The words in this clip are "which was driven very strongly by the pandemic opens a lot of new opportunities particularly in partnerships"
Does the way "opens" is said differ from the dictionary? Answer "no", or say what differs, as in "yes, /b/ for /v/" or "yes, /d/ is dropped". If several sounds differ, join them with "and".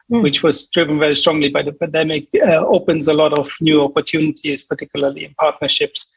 no